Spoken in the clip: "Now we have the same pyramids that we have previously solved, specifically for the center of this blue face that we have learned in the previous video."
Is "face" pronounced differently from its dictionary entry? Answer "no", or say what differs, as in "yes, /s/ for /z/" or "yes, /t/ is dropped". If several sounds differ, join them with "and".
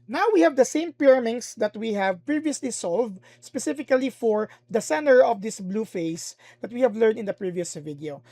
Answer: no